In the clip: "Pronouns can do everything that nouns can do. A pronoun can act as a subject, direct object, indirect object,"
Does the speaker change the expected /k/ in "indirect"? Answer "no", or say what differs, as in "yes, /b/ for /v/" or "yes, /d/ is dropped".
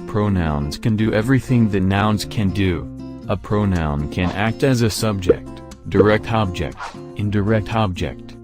no